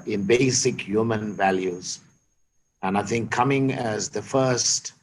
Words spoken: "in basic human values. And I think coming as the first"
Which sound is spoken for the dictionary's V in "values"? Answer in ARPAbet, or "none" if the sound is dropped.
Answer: V